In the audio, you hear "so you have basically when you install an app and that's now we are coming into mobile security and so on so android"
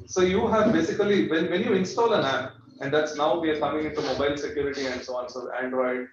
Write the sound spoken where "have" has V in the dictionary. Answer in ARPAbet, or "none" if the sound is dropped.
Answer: V